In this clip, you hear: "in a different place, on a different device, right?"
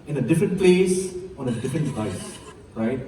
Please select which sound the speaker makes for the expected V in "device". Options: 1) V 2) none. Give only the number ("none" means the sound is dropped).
2